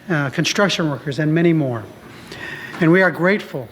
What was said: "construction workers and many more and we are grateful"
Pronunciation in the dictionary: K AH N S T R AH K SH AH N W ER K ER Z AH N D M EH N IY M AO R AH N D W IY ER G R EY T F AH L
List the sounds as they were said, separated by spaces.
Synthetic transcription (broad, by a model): K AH N S T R AH K SH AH N W ER K ER Z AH N M EH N IY M AO R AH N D W IY ER G R EY T F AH L